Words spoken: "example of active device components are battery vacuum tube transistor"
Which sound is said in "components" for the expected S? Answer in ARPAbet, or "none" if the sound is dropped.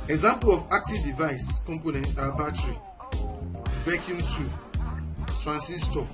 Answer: none